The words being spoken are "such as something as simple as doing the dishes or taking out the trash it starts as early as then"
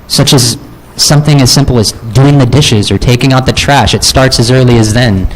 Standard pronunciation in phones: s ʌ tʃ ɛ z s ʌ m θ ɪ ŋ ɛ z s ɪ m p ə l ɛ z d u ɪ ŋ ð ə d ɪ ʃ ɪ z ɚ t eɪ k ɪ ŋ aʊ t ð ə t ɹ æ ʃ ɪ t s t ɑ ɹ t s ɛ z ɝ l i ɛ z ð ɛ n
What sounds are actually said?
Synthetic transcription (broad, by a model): s ʌ tʃ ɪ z s ʌ m θ ɪ ŋ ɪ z s ɪ m p l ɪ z d u ɪ ŋ ð ə d ɪ ʃ ɪ z ɚ t eɪ k ɪ ŋ aʊ t ð ə t ɹ æ ʃ ɪ t s t ɑ ɹ t s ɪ z ɝ l i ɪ z ð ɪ n